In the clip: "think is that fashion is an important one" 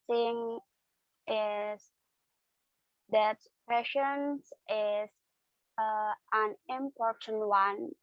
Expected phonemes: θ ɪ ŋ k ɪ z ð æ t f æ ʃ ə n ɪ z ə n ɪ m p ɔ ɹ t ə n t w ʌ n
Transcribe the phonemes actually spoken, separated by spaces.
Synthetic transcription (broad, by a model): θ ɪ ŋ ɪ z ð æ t p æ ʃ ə n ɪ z ə n ɪ m p ɔ ɹ t ə n t w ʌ n